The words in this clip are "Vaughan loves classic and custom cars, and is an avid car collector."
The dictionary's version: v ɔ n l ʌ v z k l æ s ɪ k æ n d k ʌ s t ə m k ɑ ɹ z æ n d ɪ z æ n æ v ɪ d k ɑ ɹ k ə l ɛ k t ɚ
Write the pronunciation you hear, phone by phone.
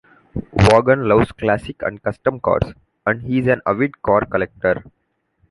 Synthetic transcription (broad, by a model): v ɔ n l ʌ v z k l æ s ɪ k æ n d k ʌ s t ə m k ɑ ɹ s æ n d ɪ z æ n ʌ v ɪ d k ɑ ɹ k ə l ɛ k t ɚ